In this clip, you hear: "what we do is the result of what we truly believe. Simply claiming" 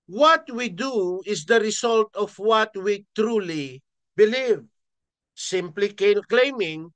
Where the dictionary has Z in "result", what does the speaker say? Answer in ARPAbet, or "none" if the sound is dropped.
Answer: S